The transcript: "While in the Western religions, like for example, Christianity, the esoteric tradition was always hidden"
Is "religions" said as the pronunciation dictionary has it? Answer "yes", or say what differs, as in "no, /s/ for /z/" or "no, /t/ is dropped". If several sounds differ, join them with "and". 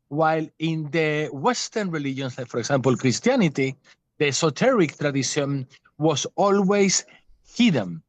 no, /s/ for /z/